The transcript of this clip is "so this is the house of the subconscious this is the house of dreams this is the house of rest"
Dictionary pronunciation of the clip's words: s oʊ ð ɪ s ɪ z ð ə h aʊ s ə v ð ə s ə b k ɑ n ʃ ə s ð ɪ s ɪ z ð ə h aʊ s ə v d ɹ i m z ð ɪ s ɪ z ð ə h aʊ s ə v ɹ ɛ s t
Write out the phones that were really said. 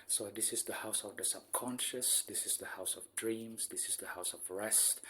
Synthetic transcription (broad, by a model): s oʊ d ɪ s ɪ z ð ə h aʊ s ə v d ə s ə b k ɑ n ʃ ə s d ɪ s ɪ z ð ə h aʊ s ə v d ɹ i m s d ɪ s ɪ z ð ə h aʊ s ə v ɹ ɛ s t